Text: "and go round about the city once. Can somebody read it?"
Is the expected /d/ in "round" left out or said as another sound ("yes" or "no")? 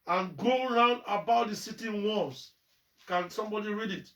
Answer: no